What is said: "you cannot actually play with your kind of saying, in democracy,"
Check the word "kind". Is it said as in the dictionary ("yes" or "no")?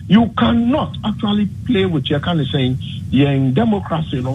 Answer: no